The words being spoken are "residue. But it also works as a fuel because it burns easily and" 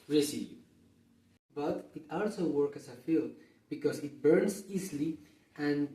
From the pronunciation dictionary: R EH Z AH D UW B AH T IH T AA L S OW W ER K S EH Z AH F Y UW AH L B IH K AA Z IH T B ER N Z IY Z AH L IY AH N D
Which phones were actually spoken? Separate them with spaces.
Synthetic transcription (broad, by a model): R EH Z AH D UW B AH T IH T AA L S OW W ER K IH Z AH F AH L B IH K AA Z IH T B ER N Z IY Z L IY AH N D